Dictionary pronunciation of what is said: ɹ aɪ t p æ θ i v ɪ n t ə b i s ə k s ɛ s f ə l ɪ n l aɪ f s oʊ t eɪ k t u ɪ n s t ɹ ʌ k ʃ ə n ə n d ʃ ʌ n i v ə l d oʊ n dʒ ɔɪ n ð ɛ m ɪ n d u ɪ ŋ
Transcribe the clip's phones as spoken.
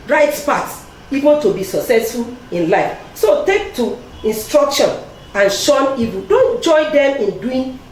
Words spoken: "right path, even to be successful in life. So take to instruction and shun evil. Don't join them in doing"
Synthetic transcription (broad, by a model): ɹ aɪ t p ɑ s i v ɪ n t ə b i s ə k s ɛ s f ə l ɪ n l aɪ f s oʊ t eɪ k t u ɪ n s t ɹ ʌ k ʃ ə n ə n ʃ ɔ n i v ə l d oʊ n dʒ ɔɪ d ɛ m ɪ n d u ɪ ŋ